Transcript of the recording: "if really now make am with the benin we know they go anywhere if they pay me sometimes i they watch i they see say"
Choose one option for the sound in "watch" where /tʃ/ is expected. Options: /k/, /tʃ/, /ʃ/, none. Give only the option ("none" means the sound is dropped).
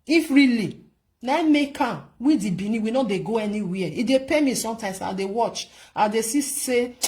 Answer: /tʃ/